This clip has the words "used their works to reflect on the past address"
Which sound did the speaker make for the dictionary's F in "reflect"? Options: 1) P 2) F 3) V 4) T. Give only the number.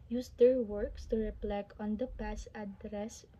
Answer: 1